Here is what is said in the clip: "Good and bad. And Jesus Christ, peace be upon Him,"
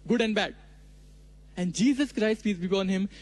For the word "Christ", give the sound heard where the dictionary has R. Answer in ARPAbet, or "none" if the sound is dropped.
R